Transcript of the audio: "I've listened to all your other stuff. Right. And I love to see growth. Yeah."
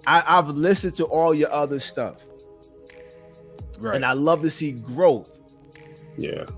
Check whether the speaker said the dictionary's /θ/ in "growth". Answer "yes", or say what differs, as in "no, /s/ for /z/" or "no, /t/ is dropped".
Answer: yes